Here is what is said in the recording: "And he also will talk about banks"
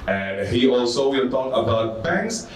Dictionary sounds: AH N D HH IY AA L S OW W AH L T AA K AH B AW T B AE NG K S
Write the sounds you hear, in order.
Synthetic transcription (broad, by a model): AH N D HH IY AA L S OW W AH N T AA K AH B AW T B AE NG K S